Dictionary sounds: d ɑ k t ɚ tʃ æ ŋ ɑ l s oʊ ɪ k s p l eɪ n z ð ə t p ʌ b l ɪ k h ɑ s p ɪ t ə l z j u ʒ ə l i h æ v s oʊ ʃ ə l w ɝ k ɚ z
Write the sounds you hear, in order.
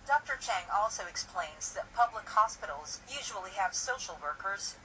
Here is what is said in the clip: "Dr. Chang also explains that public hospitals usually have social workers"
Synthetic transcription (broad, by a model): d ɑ k t ɚ tʃ æ ŋ ɑ l s oʊ ɪ k s p l eɪ n z ð ə t p ʌ b l ɪ k h ɑ s p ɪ t l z j u ʒ ə l i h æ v s oʊ ʃ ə l w ɝ k ɚ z